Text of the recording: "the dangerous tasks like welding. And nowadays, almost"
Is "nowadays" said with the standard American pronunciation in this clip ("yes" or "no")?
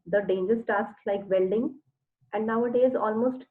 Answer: yes